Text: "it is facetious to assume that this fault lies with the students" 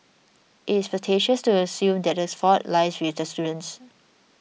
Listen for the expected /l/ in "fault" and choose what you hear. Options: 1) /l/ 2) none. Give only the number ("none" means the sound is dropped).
2